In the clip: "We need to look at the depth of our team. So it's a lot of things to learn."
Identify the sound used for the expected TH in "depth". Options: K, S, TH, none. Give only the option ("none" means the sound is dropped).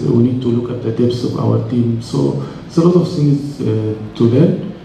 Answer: S